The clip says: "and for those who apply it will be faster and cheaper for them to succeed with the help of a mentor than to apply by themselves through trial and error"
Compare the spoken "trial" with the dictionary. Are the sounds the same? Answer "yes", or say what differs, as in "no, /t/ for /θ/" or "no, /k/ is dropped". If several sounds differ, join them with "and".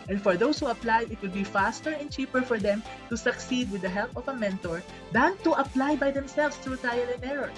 no, /ɹ/ is dropped